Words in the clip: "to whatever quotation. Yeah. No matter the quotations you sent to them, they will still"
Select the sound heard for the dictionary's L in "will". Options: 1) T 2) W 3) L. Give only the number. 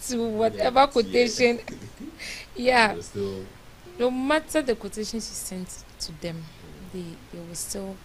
2